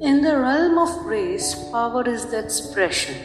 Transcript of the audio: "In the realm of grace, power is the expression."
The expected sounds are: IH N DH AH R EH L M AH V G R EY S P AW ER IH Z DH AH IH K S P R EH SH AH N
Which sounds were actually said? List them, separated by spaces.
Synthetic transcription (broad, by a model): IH N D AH R EH L M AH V R EY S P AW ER IH Z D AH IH K S P R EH SH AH N